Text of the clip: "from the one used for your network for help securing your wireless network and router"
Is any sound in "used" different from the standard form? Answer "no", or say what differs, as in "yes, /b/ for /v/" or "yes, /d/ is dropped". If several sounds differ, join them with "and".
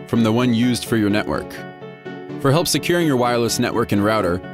no